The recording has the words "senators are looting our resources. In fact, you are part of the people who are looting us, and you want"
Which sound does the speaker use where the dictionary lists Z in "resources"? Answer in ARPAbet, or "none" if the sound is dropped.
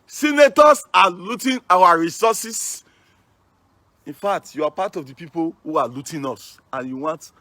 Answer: S